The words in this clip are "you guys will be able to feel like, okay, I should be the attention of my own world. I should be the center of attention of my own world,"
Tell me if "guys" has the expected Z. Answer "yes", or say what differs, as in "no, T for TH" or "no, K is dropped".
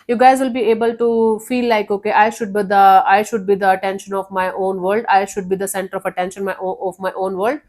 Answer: yes